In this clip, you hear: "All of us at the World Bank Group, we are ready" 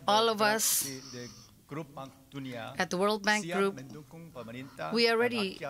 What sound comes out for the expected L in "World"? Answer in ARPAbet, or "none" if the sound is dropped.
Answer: L